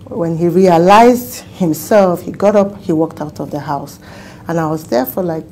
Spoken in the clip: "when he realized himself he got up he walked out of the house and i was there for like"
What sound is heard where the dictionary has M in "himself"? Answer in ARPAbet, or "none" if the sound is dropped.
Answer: M